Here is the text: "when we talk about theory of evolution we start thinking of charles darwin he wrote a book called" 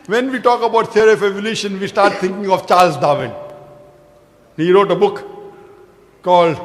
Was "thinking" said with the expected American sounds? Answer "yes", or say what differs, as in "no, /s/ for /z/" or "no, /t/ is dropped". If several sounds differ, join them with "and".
no, /t/ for /θ/